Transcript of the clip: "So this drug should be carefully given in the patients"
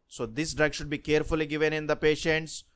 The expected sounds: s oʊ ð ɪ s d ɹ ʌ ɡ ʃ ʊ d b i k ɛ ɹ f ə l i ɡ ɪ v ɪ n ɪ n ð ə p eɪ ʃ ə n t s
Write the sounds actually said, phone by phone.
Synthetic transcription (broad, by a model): s oʊ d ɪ s d ɹ ʌ ɡ ʃ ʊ d b i k ɛ ɹ f ə l i ɡ ɪ v ɪ n ɪ n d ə p eɪ ʃ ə n t s